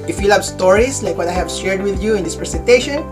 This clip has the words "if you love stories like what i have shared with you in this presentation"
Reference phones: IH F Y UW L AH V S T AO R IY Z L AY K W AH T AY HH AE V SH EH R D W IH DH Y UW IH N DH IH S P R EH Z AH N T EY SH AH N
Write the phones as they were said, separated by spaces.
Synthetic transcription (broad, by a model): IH F Y UW L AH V S T AO R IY S L AY K W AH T AY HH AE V SH EH R D W IH DH Y UW IH N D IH S P R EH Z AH N T EY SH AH N